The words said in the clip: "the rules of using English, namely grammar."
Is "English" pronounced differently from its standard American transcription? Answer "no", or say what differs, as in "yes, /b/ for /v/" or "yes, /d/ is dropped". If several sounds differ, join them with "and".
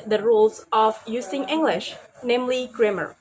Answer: no